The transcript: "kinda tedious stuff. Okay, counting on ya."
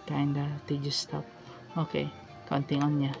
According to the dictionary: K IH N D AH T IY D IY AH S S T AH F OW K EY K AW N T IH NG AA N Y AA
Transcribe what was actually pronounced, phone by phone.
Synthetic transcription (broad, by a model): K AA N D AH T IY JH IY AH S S T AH P OW K EY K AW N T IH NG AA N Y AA